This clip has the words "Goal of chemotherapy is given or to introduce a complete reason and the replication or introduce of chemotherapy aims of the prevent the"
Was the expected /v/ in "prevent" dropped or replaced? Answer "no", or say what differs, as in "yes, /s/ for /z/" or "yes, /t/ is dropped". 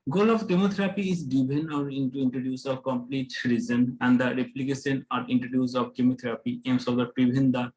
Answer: yes, /b/ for /v/